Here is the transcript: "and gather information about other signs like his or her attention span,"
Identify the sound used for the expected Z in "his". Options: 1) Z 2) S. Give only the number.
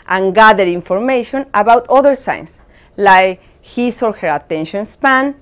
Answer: 2